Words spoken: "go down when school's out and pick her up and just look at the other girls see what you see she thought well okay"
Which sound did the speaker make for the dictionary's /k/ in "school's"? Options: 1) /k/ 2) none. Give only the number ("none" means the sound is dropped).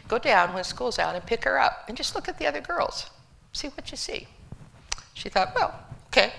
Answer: 1